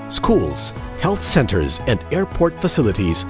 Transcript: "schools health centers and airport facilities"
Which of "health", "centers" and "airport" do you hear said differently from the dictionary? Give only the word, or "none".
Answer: none